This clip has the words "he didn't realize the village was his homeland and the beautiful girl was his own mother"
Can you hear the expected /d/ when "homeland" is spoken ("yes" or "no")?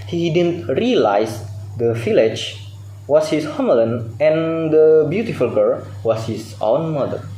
no